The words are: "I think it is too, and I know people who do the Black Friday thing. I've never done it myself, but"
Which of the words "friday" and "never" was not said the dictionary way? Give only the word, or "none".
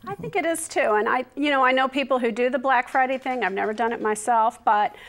none